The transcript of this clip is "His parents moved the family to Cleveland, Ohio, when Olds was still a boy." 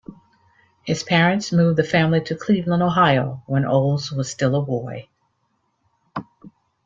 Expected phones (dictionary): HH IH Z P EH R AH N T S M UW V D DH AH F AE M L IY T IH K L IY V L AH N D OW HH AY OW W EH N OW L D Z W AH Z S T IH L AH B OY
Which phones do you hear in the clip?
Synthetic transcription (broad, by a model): HH IH Z P EH R AH N T S M UW V DH AH F AE M L IY T IH K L IY V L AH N OW HH AY OW W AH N OW L Z W AH Z S T IH L AH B OY